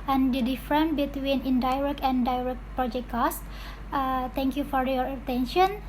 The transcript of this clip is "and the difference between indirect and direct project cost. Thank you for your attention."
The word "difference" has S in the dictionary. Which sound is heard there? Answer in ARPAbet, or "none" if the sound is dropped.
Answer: none